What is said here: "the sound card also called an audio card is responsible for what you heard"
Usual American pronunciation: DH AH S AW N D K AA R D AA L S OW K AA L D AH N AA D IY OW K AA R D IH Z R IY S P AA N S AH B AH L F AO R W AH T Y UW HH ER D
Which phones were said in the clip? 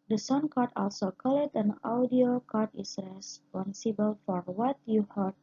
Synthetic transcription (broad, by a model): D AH S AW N K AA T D AA L S OW K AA L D AH N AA D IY OW K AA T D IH S R IY S P AA N S AH B AH L F AO R W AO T Y UW HH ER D